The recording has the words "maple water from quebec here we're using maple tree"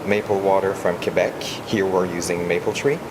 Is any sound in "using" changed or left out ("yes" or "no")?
no